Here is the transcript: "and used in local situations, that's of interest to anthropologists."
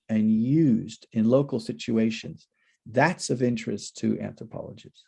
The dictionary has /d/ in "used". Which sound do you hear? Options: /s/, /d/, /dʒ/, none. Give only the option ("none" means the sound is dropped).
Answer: /d/